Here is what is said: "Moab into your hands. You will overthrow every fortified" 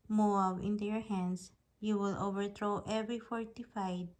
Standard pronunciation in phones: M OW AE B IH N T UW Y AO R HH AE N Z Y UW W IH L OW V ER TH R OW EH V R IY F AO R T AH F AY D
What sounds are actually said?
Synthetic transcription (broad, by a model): M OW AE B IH N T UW Y AO R HH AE N S Y UW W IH L OW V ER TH R OW EH V R IY F AO R T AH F AY D